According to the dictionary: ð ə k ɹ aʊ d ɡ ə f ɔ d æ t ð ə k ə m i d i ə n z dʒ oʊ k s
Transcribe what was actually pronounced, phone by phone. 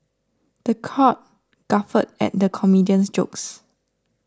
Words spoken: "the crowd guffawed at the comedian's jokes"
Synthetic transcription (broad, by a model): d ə k aʊ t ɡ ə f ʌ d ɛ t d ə k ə m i d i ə n s dʒ oʊ k s